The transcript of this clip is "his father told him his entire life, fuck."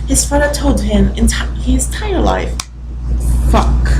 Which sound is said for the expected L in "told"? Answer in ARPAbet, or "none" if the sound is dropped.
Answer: L